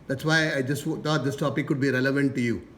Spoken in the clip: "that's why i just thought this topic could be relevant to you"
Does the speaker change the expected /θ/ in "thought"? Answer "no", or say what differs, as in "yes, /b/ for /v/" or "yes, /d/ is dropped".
yes, /t/ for /θ/